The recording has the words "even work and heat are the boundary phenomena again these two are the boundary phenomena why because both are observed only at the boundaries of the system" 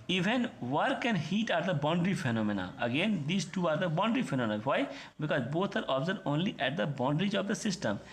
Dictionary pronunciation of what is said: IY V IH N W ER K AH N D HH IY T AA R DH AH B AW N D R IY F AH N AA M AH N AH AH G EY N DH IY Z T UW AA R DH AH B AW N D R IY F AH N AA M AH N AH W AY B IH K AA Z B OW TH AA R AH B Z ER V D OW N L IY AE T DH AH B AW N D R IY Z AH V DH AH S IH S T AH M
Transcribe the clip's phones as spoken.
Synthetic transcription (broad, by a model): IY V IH N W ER K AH N HH IY T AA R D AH B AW N D R IY F AH N AA M AH N AH AH G EY N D IY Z T UW AA R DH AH B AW N D R IY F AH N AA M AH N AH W AY B IH K AA Z B OW T AA R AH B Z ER D OW N L IY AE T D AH B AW N D R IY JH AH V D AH S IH S T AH M